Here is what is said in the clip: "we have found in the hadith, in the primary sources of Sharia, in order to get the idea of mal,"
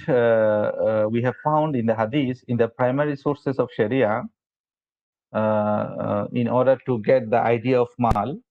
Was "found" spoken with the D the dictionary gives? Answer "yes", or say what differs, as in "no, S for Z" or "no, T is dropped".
yes